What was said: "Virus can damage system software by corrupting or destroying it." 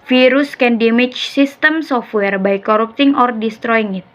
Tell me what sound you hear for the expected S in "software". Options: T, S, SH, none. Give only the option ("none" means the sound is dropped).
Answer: S